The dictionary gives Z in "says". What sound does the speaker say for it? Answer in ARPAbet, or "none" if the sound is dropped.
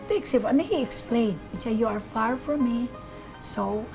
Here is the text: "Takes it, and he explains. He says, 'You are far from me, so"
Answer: none